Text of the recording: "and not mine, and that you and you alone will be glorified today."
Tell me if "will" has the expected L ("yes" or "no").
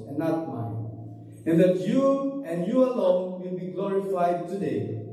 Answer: yes